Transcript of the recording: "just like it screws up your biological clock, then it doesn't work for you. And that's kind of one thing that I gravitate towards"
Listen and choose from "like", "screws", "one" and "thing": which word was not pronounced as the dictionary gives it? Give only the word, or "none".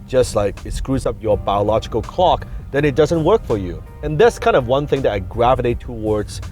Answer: none